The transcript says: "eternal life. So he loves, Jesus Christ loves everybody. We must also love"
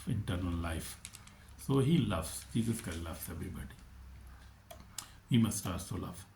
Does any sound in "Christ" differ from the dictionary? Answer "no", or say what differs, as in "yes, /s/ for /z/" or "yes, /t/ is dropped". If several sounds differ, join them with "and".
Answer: yes, /ɹ/ is dropped